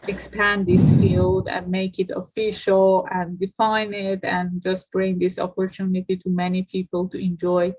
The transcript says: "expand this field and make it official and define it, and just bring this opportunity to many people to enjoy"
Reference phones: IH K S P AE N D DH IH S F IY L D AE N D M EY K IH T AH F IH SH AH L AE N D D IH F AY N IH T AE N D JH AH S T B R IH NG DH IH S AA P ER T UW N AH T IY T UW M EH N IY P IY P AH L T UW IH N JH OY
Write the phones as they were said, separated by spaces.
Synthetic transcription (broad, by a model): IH K S P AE N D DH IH S F IY L D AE N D M EY K IH T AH F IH SH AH L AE N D D IH F AY N IH T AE N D JH AH S T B R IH NG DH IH S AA P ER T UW N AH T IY T UW M EH N IY P IY P AH L T UW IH N JH OY